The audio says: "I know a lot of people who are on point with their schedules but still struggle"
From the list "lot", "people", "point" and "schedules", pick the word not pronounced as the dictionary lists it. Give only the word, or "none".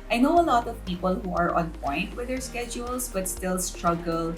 schedules